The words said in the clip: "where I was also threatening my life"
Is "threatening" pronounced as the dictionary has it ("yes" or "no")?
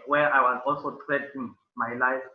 no